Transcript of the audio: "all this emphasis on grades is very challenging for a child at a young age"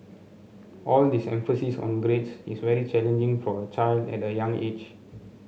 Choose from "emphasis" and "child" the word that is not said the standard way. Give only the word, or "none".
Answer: none